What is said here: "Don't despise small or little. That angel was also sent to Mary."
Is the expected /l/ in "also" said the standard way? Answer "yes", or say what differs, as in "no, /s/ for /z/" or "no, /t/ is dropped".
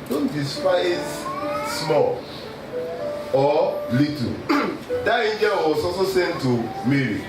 no, /l/ is dropped